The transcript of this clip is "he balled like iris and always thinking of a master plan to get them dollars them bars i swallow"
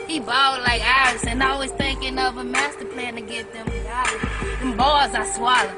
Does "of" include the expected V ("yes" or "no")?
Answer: yes